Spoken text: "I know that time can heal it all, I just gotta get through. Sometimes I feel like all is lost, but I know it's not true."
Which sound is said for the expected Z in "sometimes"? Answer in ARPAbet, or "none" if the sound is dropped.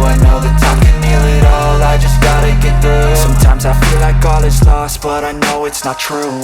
Z